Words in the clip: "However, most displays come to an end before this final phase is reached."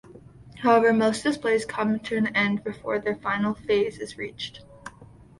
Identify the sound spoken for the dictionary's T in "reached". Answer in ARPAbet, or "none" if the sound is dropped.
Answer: T